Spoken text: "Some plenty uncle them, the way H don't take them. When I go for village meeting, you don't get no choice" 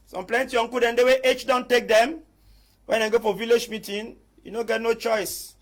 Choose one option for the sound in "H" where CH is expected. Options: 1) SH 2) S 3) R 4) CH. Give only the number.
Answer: 4